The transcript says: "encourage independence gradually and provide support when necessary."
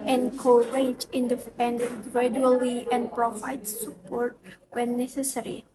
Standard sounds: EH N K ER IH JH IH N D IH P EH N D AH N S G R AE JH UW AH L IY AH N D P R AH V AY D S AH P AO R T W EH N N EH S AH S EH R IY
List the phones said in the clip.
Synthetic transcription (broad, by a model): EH N K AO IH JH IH N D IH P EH N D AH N G R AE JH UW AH L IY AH N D P R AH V AY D S AH P AO R T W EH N N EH S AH S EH R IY